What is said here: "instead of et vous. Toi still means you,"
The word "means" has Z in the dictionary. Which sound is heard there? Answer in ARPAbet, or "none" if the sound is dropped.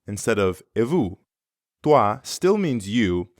Z